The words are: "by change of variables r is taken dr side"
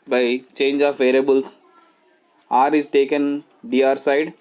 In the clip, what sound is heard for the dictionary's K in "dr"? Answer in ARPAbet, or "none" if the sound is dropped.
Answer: none